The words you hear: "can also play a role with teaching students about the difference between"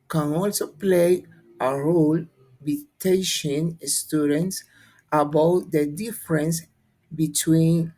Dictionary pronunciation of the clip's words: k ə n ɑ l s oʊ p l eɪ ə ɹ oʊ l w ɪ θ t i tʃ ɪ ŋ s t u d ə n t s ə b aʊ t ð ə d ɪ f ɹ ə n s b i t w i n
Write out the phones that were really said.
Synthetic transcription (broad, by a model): k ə n ɑ l s oʊ p l eɪ ə ɹ oʊ l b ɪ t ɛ ʃ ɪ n s t u d ə n t s ə b aʊ t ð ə d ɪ f ɹ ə n s b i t w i n